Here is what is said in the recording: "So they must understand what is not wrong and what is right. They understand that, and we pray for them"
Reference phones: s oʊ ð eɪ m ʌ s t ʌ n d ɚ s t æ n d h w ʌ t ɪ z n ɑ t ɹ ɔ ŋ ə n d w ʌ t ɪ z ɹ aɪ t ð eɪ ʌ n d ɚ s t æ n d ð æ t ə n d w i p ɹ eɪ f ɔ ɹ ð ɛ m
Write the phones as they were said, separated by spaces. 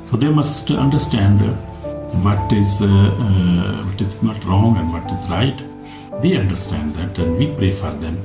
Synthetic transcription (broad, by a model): s oʊ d eɪ m ʌ s t ʌ n d ɚ s t æ n d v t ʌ t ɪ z n ɑ t ɹ ɔ ŋ ə n d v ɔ t ɪ z ɹ aɪ t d eɪ ʌ n d ɚ s t æ n d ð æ t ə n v i p ɹ eɪ f ɔ ɹ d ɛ m